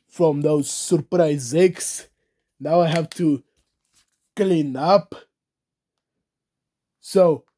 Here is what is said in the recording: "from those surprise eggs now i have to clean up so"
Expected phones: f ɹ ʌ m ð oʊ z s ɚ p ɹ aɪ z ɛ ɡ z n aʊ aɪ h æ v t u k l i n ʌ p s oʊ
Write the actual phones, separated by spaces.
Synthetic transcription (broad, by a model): f ɹ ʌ m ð oʊ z s ɚ p ɹ aɪ z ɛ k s n aʊ aɪ h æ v t u k l i n ʌ p s oʊ